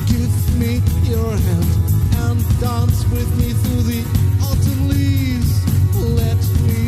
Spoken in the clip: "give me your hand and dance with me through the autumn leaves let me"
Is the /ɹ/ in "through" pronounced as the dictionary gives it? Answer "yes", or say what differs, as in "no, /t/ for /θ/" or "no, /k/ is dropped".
yes